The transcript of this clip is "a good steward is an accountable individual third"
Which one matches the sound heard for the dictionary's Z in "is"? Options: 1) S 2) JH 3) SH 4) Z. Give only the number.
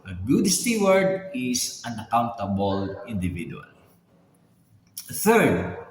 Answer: 1